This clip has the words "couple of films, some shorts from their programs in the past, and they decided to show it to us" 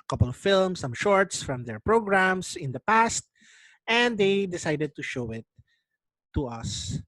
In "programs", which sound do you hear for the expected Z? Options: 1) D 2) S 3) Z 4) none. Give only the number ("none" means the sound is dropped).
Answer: 2